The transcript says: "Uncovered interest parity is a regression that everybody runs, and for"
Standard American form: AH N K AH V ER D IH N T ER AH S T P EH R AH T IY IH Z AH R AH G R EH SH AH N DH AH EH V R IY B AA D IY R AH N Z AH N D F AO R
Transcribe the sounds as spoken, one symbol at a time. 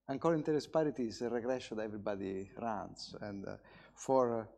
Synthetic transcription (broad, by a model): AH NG K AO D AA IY N T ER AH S P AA R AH T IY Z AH R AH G R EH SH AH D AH EH V R IY B AA D IY R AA N S AH N D F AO R